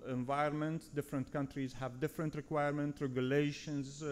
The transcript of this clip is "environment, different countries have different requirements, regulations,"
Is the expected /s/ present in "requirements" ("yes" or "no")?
no